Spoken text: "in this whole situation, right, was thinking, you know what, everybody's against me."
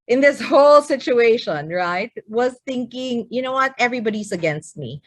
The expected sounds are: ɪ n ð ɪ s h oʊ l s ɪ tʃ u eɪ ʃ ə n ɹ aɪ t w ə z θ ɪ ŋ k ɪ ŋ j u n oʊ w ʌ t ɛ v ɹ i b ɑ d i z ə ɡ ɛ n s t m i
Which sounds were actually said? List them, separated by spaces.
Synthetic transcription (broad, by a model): ɪ n ð ɪ s h oʊ l s ɪ tʃ u eɪ ʃ ə n ɹ aɪ t w ə z θ ɪ ŋ k ɪ ŋ j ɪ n oʊ w ʌ t ɛ v ɹ i b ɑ d i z ə ɡ ɛ n s t m i